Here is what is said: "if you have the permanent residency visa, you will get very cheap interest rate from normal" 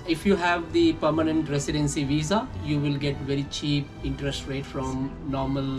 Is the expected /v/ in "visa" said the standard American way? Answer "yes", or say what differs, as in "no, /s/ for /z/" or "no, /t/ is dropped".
yes